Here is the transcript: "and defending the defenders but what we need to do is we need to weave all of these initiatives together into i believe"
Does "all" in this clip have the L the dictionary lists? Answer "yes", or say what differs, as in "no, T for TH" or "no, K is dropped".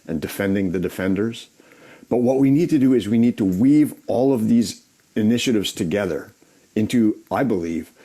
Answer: yes